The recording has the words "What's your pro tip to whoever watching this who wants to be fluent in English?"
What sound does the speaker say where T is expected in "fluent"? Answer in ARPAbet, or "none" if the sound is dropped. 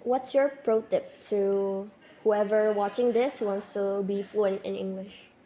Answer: T